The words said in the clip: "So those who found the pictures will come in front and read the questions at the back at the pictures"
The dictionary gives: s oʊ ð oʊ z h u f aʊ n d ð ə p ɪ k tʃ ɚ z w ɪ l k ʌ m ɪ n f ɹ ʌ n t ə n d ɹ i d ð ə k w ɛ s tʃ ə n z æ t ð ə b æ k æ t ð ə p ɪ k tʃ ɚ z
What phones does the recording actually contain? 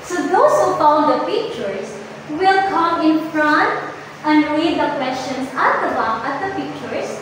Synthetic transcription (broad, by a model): s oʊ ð oʊ s h u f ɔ l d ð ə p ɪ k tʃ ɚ s w ɪ l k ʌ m ɪ n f ɹ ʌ n t ə n d ɹ i d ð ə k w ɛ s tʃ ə n s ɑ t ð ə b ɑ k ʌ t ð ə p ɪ k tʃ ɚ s